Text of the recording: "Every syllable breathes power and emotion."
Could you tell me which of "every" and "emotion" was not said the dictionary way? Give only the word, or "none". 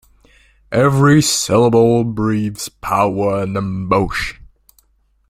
emotion